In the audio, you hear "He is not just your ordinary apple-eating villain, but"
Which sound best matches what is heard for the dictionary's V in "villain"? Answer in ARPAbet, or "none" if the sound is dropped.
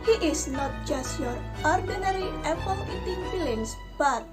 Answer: F